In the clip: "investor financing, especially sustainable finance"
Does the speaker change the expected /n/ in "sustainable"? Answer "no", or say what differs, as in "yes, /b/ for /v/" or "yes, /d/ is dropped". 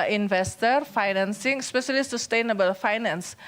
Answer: no